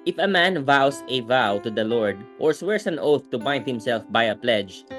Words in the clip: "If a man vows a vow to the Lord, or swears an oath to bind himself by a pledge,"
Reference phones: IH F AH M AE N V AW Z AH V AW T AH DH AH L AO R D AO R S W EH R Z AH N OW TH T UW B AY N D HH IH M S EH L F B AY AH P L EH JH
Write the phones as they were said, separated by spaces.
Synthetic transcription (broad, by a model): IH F AH M AE N V AW S AH V AW T AH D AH L AO R D AO R S W EH R S AH N OW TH T UW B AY N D HH IH M S EH L F B AY AH P L EH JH